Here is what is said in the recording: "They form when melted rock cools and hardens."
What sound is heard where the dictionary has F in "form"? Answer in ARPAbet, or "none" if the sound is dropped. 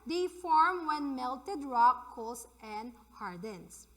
F